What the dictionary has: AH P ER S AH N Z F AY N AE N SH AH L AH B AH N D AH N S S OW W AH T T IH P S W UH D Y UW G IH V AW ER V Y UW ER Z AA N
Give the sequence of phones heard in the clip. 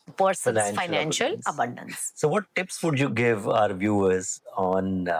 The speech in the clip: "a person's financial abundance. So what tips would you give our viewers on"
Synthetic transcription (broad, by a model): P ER S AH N F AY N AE N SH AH L AH B AH N D AH N S S OW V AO T T IH P S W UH D Y UW G IH V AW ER V Y UW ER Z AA N